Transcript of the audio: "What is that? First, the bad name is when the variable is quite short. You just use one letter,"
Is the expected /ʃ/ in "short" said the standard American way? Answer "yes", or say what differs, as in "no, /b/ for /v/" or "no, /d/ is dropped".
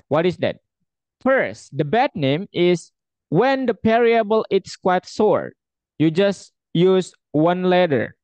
no, /s/ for /ʃ/